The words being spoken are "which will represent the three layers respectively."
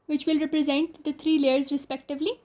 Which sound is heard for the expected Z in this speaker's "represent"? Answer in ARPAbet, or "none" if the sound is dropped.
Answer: Z